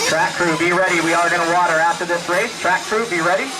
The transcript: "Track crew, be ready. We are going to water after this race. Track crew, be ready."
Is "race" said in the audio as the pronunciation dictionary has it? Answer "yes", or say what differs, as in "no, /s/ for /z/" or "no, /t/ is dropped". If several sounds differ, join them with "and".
yes